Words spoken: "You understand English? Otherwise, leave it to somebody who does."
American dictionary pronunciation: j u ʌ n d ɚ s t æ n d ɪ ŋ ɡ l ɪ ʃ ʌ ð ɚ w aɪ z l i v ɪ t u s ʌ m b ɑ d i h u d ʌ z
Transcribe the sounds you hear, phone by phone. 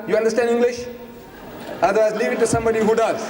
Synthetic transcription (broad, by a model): j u ʌ n d ɚ s t æ n d ɪ ŋ ɡ l ɪ ʃ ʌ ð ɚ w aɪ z l i v ɪ t u s ʌ m b ɑ d i h u d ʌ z